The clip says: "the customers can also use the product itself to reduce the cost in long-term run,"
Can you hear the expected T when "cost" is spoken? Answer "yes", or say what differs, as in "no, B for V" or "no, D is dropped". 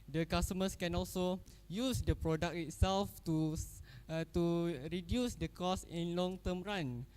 no, T is dropped